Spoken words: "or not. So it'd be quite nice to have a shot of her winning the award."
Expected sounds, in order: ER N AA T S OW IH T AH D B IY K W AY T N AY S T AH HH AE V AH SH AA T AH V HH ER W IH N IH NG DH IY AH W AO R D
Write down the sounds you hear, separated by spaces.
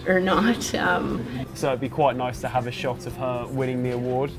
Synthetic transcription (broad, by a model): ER N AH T S OW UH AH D B IY K W AY T N AY S T AH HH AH V AH SH AA T AH V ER W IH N IH NG DH IY AH W AO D